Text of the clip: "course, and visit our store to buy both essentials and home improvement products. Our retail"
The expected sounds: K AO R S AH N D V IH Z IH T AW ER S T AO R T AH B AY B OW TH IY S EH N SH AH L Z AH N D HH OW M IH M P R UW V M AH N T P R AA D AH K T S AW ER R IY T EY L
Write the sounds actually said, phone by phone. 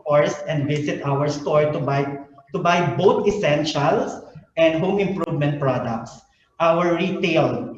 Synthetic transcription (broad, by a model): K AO R S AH N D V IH S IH T AW ER S T AO R T AH B AY B OW T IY S EH N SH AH L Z AH N D HH OW M IH M P R UW V M AH N T P R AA D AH K T S AW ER R IY T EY L